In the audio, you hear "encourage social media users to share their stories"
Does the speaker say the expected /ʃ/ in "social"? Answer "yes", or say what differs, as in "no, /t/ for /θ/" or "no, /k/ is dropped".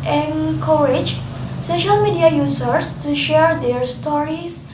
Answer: yes